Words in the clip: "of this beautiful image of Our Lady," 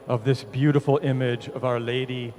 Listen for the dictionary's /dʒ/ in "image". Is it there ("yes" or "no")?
yes